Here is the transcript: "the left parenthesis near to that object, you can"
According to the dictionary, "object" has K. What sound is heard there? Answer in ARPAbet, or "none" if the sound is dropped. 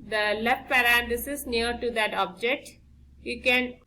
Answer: K